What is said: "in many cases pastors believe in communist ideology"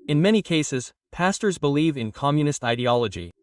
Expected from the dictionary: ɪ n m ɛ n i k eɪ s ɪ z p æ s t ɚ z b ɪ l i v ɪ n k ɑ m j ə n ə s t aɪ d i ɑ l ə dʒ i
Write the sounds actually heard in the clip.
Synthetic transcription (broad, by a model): ɪ n m ɛ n i k eɪ s ɪ z p æ s t ɚ z b ɪ l i v ɪ n k ɑ m j ə n ə s t aɪ d i ɑ l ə dʒ i